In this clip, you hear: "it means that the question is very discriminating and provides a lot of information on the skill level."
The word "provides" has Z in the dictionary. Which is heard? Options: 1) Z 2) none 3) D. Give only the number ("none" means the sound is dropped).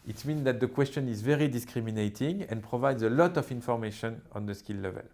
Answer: 1